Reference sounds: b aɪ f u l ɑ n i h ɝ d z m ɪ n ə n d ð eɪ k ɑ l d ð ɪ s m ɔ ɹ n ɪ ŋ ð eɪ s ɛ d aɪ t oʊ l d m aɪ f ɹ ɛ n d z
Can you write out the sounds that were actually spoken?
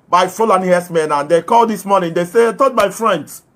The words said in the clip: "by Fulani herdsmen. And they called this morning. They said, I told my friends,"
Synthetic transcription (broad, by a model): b aɪ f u l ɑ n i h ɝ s m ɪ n ə n d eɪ k ɑ l d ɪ s m ɔ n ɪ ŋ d eɪ s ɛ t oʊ d m aɪ f ɹ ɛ n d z